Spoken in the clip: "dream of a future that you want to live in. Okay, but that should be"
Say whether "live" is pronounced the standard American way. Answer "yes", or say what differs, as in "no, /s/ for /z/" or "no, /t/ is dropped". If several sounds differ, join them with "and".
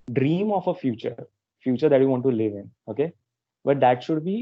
yes